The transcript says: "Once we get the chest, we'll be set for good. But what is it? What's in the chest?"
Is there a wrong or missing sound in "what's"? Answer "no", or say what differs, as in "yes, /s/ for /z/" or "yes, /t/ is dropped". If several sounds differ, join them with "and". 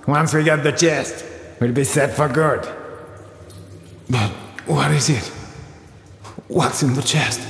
no